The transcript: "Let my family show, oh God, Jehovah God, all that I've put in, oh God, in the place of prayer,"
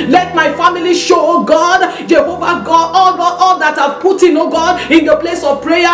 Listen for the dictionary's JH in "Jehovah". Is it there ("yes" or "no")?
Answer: yes